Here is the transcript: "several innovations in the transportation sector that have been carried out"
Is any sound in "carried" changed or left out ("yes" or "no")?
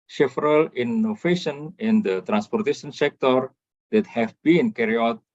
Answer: yes